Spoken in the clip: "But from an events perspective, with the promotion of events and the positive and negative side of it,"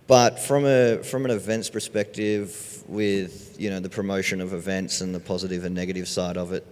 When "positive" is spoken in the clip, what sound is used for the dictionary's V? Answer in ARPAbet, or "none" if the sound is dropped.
V